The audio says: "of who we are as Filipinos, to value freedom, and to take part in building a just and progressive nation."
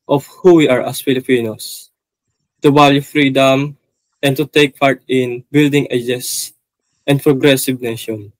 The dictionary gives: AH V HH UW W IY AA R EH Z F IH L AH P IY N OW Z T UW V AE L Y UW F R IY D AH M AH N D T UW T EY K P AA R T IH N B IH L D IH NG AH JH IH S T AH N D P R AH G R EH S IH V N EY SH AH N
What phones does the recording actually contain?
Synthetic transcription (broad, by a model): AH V HH UW W IY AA R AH S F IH L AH P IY N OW S T UW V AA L Y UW F R IY D AH M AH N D T UW T EY K P AA R T IH N B IH L D IH NG AH JH IH S T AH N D P R AH G R EH S IH V N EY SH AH N